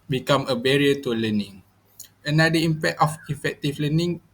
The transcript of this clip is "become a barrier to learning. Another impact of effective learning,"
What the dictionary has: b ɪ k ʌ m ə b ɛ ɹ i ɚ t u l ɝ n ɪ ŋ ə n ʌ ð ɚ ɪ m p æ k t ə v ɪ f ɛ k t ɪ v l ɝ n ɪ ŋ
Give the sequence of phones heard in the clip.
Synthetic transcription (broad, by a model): b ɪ k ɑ m ə b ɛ ɹ i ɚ t u l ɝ n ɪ ŋ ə n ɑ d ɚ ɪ m p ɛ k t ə f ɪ f ɛ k t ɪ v l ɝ n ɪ ŋ